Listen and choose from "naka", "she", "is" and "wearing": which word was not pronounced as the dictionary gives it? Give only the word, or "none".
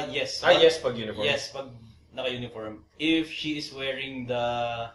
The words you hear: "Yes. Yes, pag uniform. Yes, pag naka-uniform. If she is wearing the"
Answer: is